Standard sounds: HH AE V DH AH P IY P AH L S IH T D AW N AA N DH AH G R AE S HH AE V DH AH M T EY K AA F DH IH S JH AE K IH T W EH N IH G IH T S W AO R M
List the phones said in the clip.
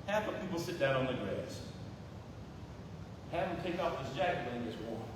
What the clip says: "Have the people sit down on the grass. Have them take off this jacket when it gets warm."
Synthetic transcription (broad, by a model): HH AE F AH P IY P L S IH T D AW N N DH AH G R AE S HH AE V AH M T EY K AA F DH IH S JH AE K IH T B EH IH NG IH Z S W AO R